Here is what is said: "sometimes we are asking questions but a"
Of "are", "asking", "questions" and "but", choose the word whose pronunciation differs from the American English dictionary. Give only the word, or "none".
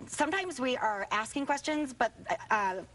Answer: none